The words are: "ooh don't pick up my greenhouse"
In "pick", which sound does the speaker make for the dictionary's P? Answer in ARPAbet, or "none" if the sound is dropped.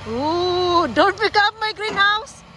B